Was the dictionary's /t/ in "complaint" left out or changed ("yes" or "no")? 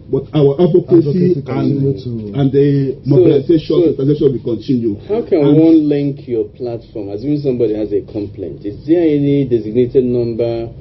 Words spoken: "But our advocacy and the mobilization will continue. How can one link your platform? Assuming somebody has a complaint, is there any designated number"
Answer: no